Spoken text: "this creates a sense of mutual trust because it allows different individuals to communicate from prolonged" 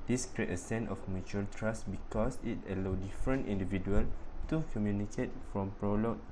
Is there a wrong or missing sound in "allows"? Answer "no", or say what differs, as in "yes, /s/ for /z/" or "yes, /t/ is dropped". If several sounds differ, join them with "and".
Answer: yes, /z/ is dropped